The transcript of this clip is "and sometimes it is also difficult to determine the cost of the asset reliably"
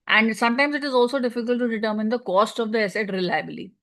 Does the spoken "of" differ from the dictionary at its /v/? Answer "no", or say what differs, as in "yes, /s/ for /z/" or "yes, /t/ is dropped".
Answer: no